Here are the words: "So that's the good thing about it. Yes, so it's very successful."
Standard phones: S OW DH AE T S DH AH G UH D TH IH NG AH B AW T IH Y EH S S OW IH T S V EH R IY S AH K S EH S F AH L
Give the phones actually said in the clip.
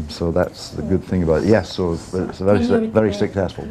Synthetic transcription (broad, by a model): S OW DH AE T S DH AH G UH D TH IH NG AH B AW T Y EH S S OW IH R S V EH R IY S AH K S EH S F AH L